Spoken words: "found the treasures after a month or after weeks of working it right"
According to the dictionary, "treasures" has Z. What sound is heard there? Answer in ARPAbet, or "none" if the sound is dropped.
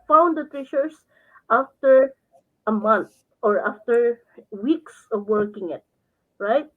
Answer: S